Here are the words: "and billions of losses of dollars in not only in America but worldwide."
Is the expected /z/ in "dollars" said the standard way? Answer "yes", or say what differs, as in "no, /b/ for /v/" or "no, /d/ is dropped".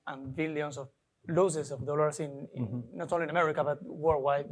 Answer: no, /s/ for /z/